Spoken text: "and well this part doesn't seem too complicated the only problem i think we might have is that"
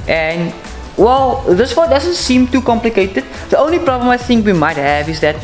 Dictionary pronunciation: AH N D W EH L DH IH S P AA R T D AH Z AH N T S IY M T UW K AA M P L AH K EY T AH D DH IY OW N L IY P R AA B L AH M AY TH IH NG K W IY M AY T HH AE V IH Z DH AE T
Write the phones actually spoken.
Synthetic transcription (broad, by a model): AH N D W EH L DH IH S F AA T D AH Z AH N T S IY M T UW K AA M P L AH K EY T AH D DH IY OW N L IY P R AA B L AH M AY TH IH NG K W IY M AY T HH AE V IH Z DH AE T